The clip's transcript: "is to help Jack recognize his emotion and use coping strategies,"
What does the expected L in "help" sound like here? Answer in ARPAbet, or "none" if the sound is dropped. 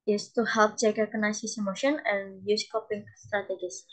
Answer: L